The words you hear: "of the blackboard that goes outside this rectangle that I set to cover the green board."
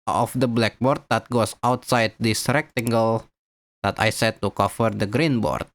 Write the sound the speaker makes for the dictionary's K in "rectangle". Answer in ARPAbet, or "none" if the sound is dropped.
K